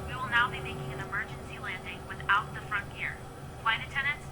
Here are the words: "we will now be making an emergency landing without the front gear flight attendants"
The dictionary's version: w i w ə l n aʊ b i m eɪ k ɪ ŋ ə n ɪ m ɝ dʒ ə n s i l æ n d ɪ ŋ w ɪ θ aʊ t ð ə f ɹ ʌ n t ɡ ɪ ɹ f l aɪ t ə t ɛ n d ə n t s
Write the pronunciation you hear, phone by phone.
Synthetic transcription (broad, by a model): w i w ə l n aʊ b i m eɪ k ɪ ŋ ə n ɪ m ɝ dʒ ə n s i l æ n d ɪ ŋ w ɪ θ aʊ t ð ə f ɹ ʌ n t ɡ ɪ ɹ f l aɪ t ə t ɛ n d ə n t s